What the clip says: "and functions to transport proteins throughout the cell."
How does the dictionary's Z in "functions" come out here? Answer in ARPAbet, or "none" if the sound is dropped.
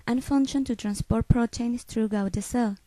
none